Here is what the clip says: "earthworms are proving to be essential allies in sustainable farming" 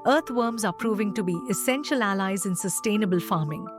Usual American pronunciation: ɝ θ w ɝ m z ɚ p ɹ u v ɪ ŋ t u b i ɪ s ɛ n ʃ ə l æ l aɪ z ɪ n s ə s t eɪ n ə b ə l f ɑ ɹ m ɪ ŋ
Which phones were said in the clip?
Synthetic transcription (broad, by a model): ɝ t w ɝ m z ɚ p ɹ u v ɪ ŋ t u b i ɪ s ɛ n ʃ ə l æ l aɪ z ɪ n s ə s t eɪ n ə b ə l f ɑ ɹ m ɪ ŋ